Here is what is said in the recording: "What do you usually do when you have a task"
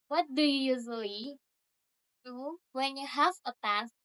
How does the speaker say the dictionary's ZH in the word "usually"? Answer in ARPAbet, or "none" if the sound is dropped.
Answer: Z